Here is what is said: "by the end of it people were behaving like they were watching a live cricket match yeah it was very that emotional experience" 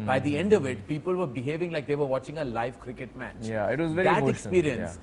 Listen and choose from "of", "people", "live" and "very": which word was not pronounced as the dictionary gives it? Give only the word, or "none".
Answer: none